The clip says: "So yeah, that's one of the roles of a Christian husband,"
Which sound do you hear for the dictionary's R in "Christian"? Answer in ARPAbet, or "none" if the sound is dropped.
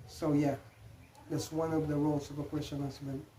W